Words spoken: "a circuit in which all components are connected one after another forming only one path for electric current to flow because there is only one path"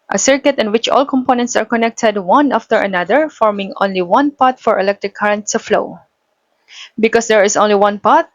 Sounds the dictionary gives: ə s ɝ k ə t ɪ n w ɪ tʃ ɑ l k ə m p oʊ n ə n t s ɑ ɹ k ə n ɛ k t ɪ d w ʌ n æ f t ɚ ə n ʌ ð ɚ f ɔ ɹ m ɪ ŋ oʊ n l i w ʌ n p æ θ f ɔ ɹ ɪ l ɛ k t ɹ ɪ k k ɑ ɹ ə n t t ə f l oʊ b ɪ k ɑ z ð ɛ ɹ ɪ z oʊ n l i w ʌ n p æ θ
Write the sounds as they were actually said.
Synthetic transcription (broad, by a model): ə s ɝ k ə t ɪ n w ɪ tʃ ɑ l k ə m p oʊ n ə n t s ɑ ɹ k ə n ɛ k t ɪ d w ʌ n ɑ f t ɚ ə n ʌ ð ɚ f ɔ ɹ m ɪ ŋ oʊ n l i w ʌ n p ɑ t f ɔ ɹ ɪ l ɛ k t ɹ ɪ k k ɑ ɹ ə n t s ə f l oʊ b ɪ k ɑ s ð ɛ ɹ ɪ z oʊ n l i w ʌ n p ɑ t